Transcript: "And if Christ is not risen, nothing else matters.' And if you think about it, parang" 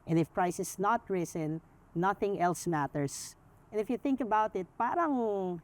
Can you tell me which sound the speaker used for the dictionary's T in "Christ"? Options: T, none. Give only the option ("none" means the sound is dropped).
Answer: none